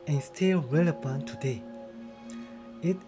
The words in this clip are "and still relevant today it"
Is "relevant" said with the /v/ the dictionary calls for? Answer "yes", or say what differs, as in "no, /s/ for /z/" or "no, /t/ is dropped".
no, /p/ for /v/